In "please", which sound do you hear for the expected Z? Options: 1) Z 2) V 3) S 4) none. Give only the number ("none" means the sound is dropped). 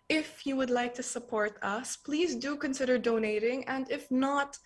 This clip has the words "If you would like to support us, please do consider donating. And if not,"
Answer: 1